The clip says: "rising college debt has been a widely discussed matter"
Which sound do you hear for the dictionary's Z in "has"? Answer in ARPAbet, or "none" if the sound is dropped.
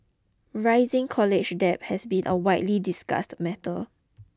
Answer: S